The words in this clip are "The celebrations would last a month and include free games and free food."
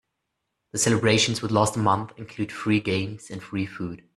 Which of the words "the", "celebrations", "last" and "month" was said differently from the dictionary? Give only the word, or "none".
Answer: none